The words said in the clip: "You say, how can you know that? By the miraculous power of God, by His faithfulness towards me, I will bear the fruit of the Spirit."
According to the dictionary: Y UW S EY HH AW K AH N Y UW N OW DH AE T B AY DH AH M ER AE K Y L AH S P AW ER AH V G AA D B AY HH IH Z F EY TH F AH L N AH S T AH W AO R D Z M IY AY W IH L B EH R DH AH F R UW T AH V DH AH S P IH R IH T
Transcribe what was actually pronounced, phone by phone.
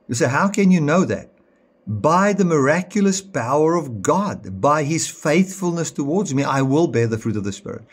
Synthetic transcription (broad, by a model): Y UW S EY HH AW K AH N Y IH N OW DH AE T B AY DH AH M ER AE K Y L AH S P AW ER AH V G AA D B AY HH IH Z F EY TH F AH L N AH S T AH W AO R D Z M IY AY W IH L B EH R DH AH F R UW T AH V DH AH S P IH R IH T